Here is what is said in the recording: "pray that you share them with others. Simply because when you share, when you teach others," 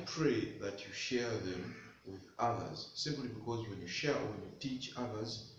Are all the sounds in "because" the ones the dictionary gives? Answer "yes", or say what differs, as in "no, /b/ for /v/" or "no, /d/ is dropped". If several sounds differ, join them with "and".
yes